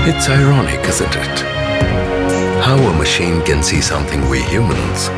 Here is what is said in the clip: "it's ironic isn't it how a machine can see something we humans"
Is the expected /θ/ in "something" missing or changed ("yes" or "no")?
no